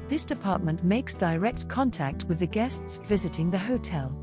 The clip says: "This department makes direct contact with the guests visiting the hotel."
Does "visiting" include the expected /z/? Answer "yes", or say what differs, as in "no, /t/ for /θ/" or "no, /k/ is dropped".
yes